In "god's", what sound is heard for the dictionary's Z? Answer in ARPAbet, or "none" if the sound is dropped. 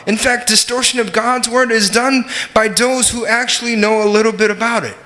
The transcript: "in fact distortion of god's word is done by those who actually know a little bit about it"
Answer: Z